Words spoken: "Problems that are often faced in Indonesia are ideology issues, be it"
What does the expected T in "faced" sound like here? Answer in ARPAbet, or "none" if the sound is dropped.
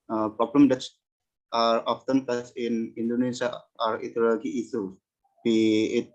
none